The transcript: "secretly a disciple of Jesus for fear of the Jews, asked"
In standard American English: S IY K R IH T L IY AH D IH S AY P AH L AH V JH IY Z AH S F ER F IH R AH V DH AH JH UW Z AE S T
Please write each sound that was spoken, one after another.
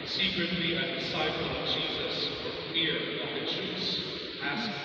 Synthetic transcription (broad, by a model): S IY K R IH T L IY AH D IH S AY P AH L AH V JH IY Z AH S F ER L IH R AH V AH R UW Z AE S